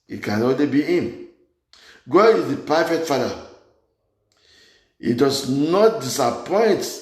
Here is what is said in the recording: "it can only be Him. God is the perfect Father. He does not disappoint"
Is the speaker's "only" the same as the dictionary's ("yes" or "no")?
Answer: no